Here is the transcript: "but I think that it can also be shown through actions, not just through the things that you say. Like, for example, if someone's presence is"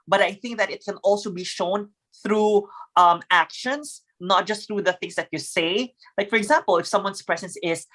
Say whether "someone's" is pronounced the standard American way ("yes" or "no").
no